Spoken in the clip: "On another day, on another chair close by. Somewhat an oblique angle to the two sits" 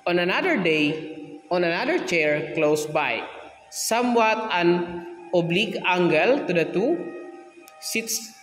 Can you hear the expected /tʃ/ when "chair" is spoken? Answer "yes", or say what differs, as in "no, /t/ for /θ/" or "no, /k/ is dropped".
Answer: yes